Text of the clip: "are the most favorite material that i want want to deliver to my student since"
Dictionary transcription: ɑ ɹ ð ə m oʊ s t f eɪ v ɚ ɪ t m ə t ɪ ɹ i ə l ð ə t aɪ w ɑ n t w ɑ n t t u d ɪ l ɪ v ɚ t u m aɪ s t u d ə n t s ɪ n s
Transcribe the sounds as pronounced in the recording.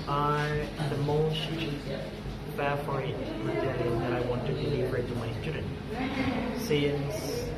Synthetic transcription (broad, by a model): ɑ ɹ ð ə m oʊ s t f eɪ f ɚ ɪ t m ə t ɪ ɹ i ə n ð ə t aɪ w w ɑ n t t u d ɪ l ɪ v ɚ t u m aɪ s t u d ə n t s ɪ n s